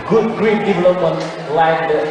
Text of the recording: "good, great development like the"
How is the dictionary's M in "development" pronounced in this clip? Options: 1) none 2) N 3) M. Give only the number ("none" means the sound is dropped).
1